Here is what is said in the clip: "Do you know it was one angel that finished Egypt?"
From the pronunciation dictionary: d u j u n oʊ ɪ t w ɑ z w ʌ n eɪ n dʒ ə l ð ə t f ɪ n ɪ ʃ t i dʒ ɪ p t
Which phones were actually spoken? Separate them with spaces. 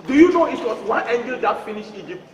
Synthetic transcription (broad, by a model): d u j u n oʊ ɪ t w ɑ s w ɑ n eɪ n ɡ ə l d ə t f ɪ n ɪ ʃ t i dʒ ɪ p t